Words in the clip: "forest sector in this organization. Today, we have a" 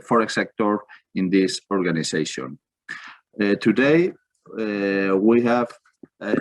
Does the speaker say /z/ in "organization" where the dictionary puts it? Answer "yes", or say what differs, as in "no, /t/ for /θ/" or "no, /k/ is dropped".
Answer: no, /s/ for /z/